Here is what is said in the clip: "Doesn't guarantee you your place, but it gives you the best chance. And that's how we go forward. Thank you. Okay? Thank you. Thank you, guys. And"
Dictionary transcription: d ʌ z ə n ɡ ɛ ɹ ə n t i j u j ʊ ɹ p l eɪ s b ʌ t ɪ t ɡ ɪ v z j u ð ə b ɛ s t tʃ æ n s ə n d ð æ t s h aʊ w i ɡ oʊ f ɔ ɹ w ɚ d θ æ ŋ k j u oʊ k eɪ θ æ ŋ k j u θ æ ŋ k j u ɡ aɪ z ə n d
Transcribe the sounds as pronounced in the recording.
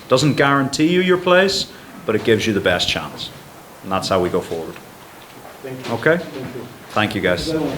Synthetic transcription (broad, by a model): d ʌ z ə n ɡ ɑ ɹ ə n t i j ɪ j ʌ ɹ p l eɪ s b ʌ t ɪ t ɡ ɪ v z j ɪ ð ə b ɛ s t tʃ æ n s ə n ð æ t s h aʊ w i ɡ oʊ f ɔ ɹ w ɚ d oʊ k eɪ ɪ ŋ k θ æ ŋ k j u ɡ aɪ ə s